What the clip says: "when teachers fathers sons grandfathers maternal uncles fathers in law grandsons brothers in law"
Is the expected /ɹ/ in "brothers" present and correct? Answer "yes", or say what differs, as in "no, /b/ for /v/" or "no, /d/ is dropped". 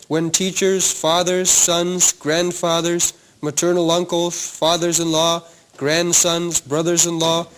yes